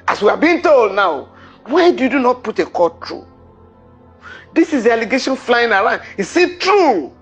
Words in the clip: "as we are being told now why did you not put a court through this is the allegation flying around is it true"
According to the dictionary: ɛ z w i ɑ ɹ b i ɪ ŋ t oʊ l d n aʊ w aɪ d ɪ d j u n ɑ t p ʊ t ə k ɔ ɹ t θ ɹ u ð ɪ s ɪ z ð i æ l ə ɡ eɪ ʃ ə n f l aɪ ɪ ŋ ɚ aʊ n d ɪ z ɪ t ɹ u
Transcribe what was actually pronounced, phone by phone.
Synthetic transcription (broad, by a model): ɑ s w i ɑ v b i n t oʊ l d n aʊ w aɪ d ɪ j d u n ɑ t p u t ə k ɔ t ɹ u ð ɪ s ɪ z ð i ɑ l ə ɡ eɪ ʃ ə n f l aɪ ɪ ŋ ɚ aʊ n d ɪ s ɪ t ɹ u